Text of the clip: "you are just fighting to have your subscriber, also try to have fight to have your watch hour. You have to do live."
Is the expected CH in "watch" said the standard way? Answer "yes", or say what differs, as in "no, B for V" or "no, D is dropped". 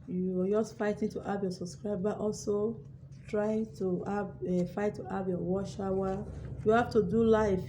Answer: no, SH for CH